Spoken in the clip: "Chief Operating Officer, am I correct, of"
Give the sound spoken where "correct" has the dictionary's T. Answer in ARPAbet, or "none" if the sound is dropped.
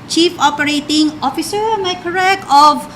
none